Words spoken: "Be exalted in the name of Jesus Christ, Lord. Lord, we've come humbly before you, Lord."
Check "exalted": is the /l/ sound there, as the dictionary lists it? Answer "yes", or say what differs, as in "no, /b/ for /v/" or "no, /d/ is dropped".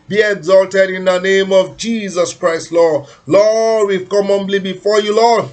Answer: yes